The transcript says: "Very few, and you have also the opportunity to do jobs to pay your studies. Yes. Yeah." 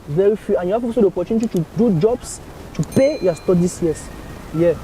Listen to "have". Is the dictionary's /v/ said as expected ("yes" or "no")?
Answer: no